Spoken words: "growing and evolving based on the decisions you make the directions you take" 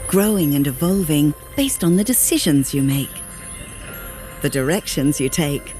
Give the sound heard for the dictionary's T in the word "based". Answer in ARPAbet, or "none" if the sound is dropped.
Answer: T